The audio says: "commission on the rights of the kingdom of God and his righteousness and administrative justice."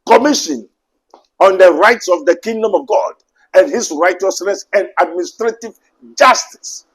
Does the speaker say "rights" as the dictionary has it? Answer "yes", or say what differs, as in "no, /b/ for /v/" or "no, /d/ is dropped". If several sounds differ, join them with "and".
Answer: yes